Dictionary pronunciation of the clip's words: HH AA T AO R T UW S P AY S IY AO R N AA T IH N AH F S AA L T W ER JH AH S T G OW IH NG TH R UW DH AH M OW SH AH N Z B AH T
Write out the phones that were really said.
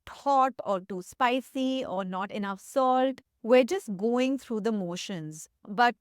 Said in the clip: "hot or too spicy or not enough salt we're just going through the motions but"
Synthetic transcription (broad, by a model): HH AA T AO R T UW S P AY S IY AO R N AA T IH N AH F S AA L T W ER JH AH S T G OW IH NG T R UW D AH M OW SH AH N Z B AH T